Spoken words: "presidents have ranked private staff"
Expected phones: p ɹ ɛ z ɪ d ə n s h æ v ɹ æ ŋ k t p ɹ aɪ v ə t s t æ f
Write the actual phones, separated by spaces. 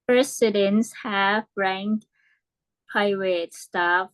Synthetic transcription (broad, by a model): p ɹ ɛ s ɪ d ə n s h æ v ɹ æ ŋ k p aɪ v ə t s t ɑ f